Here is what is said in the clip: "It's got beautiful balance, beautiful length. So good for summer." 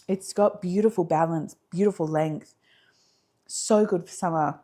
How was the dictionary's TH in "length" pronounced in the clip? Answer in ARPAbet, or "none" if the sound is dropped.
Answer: TH